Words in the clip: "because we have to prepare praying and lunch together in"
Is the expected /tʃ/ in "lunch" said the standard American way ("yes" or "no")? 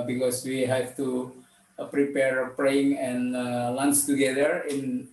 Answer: no